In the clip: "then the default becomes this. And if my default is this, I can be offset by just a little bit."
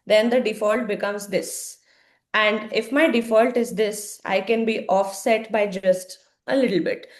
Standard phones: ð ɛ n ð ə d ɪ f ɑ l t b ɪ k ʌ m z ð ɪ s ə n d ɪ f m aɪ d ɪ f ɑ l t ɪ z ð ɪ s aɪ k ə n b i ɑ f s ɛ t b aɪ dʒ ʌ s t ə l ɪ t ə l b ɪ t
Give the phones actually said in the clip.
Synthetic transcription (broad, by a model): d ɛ n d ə d ɪ f ɑ l t b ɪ k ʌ m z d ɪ s ə n d ɪ f m aɪ d ɪ f ɑ l t ɪ z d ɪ s aɪ k ə n b i ɑ f s ɛ t b aɪ dʒ ʌ s t ə l ɪ t ə l b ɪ t